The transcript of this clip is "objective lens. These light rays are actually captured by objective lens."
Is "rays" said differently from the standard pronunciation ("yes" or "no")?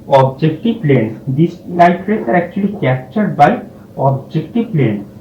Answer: yes